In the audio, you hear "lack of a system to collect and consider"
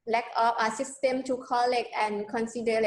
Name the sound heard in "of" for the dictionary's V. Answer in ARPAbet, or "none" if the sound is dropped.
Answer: P